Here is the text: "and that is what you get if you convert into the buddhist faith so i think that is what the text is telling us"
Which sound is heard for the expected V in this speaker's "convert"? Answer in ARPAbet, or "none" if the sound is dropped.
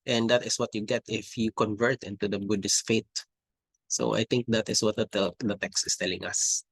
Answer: V